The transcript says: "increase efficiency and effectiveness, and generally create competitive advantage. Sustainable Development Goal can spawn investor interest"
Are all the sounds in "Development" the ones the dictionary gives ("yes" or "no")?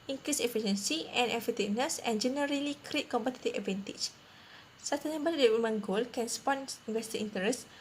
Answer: no